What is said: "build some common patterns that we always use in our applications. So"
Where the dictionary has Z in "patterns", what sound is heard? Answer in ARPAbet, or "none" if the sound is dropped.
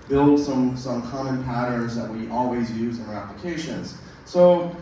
Z